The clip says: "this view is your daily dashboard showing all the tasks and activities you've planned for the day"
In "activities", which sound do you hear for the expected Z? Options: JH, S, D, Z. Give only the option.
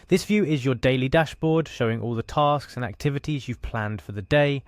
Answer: Z